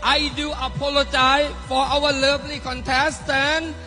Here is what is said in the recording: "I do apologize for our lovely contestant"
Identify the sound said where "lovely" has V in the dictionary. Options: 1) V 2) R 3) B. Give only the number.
3